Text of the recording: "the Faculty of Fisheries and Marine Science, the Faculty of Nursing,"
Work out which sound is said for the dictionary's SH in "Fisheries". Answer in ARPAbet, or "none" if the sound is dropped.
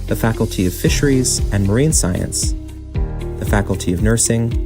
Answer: SH